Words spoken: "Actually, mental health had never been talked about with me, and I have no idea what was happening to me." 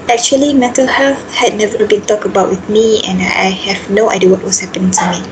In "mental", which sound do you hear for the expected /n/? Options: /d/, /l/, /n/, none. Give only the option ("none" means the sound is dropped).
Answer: none